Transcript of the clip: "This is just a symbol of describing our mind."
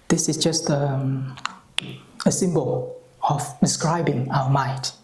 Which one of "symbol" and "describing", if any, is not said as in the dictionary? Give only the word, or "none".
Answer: none